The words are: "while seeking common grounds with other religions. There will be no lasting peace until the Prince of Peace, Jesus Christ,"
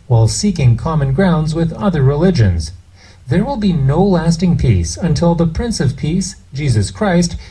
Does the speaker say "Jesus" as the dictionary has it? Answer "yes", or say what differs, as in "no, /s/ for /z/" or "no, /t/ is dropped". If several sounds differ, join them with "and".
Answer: yes